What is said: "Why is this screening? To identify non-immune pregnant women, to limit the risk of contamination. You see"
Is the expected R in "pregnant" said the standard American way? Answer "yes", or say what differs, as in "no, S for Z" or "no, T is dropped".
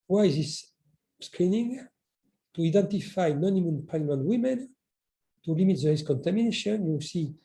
no, L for R